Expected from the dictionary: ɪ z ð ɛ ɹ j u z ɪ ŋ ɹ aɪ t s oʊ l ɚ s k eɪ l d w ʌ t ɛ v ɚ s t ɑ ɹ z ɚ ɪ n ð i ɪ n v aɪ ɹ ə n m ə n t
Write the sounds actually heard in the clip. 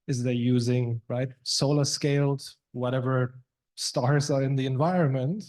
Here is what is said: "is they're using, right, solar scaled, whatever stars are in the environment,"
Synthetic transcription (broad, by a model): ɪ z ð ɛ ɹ j u z ɪ ŋ ɹ aɪ t s oʊ l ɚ s k eɪ l d w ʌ t ɛ v ɚ s t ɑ ɹ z ɚ ɪ n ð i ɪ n v aɪ ɹ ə n m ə n t